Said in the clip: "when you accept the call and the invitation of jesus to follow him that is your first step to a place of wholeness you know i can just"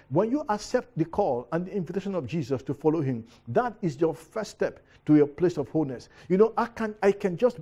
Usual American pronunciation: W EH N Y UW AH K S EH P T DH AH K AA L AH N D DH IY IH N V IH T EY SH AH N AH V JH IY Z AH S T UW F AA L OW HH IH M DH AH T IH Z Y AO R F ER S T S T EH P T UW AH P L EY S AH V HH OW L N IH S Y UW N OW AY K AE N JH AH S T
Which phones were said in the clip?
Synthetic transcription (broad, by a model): W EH N Y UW AH K S EH P T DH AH K AA L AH N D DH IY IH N V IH T EY SH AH N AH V JH IY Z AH S T UW F AA L OW HH IH M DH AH T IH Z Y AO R F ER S S T EH P T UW AH P L EY S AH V HH OW L N IH S Y UW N OW AY K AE N JH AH S T